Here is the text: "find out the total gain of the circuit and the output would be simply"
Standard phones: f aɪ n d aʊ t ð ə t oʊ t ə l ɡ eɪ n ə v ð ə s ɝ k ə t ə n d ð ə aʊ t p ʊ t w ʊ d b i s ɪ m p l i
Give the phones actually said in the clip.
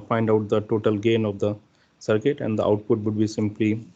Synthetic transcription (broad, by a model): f aɪ n d aʊ t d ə t oʊ t ə l ɡ eɪ n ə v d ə s ɝ k ə t ə n d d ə aʊ t p ʊ t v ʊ d b i s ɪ m p l i